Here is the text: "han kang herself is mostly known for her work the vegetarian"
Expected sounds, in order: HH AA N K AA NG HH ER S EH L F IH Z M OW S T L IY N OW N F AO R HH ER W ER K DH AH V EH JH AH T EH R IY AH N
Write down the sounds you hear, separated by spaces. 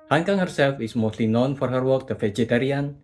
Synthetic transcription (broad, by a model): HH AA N K AA NG HH ER S EH L F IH S M OW S T L IY N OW N F AO R HH ER W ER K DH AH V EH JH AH T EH R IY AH N